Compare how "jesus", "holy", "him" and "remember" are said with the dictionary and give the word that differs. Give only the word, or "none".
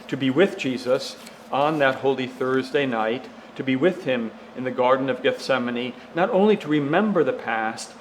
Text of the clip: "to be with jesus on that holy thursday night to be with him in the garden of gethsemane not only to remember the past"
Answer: none